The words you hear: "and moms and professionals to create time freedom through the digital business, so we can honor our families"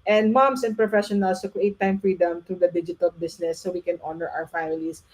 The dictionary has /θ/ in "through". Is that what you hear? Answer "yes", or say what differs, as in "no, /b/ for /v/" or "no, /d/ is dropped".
no, /t/ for /θ/